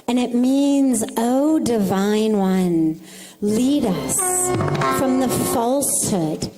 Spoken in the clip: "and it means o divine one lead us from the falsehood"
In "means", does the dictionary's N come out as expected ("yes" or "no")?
yes